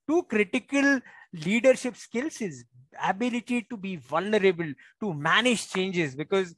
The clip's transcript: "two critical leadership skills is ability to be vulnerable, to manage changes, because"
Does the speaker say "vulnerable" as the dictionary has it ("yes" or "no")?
yes